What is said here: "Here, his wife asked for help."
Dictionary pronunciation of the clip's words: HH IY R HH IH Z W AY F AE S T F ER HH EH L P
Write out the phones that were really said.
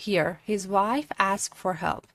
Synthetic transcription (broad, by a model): HH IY R HH IH Z W AY F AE S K F ER HH EH L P